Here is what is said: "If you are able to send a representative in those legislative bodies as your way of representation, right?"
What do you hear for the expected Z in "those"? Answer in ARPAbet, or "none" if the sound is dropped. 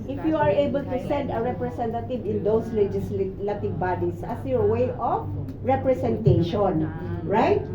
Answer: S